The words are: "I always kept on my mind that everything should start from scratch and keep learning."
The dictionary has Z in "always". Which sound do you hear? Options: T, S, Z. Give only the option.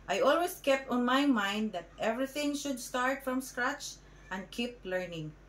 S